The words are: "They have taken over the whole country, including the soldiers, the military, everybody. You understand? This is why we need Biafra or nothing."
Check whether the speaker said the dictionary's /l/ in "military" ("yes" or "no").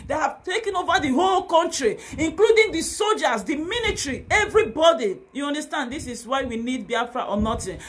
no